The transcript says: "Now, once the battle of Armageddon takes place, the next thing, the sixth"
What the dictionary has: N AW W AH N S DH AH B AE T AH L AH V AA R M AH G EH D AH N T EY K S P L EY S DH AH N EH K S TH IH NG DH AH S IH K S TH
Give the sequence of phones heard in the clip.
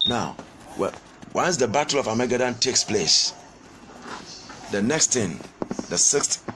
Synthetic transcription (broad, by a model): N AW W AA N S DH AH B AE T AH L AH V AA M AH G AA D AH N T EY K S P L EY S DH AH N EH K S T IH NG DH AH S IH K S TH